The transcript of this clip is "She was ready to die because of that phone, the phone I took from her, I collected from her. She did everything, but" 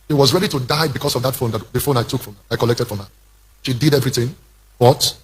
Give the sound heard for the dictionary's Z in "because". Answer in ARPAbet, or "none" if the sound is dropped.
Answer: S